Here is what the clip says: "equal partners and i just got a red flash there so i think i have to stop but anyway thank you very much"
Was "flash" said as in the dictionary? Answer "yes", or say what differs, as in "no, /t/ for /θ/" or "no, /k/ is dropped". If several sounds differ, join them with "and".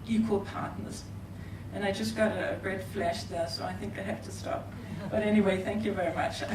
yes